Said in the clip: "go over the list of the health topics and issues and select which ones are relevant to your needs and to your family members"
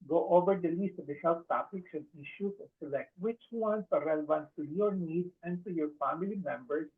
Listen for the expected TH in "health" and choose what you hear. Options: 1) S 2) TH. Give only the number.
1